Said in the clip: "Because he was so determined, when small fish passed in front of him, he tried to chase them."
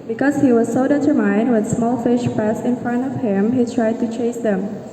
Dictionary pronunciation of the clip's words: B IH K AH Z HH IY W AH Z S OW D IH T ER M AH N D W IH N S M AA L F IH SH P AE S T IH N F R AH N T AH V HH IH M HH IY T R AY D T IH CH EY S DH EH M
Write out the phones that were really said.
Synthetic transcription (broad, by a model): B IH K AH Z HH IY W AH Z S OW D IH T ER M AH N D W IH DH S M AA L F IH SH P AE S IH N F R AH N T AH V HH IH M HH IY T R AY D T IH CH EY S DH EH M